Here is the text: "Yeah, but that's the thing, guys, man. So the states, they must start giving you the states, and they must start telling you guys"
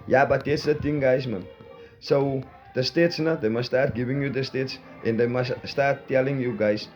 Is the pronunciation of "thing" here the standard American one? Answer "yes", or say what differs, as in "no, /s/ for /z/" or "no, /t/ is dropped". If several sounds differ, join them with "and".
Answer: no, /t/ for /θ/